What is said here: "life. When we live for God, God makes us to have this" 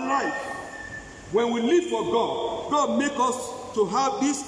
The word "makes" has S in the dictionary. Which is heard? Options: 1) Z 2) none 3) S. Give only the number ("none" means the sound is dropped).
2